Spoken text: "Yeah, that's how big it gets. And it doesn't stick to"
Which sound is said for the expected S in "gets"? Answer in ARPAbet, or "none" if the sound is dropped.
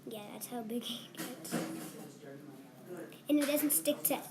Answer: none